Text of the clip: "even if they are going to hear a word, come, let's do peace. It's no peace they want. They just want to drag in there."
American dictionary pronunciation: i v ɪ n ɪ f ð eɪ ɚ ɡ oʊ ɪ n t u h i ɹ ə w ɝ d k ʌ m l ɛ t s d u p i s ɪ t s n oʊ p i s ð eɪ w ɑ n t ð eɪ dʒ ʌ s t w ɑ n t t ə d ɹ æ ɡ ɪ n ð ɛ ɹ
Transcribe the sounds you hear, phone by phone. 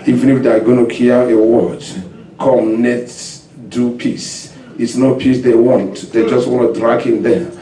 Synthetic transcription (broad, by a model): i v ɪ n ɪ f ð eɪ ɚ ɡ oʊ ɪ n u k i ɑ ə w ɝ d k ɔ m n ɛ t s d u p i s ɪ t s n oʊ p i s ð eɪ w ɑ n t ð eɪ dʒ ʌ s t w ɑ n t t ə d ɹ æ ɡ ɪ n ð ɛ